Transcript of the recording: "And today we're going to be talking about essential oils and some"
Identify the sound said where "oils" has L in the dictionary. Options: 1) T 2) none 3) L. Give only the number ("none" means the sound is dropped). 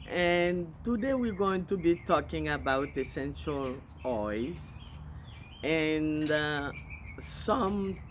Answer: 2